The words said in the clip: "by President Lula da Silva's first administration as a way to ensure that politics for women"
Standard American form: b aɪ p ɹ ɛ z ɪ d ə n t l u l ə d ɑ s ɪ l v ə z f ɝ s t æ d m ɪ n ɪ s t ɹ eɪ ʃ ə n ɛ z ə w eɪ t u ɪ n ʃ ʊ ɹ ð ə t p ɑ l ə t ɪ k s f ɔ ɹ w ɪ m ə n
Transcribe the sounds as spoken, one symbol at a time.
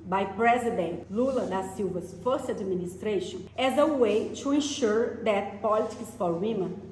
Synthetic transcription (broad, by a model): b aɪ p ɹ ɛ z ɪ d ə n t l u l ə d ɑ s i w v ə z f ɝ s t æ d m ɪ n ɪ s t ɹ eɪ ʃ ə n ɛ z ə w eɪ t u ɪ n ʃ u ɹ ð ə t p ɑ l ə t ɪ k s f ɔ ɹ w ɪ m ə n